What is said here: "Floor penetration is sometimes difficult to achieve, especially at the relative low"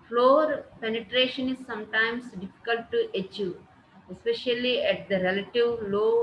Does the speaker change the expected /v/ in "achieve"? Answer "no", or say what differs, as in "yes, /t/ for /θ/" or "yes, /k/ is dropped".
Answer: yes, /v/ is dropped